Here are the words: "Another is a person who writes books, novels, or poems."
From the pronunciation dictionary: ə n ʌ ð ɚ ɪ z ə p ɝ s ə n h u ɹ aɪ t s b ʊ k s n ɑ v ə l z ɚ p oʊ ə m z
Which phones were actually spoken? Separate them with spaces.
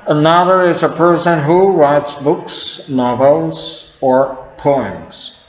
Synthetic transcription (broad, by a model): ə n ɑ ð ɚ ɪ z ə p ɝ s ə n h u ɹ aɪ t s b ʊ k s n ɑ v ə l z ɚ p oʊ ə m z